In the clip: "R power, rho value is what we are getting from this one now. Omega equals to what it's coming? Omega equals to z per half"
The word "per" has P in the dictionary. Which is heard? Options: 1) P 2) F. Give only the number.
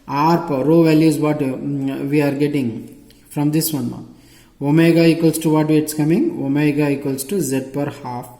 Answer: 1